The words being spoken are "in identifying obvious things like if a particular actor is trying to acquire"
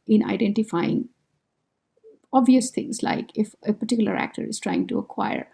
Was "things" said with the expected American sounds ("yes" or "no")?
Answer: no